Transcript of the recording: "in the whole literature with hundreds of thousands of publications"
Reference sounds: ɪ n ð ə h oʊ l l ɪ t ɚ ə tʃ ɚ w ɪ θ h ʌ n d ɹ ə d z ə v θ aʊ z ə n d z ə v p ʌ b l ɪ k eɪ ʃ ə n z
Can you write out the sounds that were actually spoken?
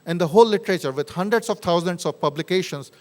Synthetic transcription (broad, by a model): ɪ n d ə h oʊ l l ɪ t ɚ ə tʃ ɚ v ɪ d h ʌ n d ɹ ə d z ə v t aʊ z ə n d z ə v p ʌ b l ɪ k eɪ ʃ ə n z